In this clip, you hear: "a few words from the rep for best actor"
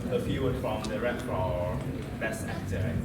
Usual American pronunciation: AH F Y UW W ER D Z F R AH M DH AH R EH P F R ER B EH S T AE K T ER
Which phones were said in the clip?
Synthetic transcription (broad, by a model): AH F Y UW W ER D F R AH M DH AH R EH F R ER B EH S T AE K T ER